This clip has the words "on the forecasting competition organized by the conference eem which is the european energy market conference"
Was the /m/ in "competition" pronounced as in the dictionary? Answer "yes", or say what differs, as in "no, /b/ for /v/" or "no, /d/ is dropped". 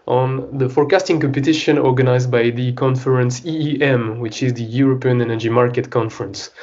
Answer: yes